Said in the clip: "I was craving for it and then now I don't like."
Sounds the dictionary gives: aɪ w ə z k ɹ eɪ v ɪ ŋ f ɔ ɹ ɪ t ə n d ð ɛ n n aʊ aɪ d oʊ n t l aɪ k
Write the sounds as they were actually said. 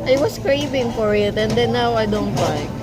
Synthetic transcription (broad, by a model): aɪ w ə s k ɹ eɪ v ɪ ŋ f ɔ ɹ ɪ t ə n d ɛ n n aʊ aɪ d oʊ n t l aɪ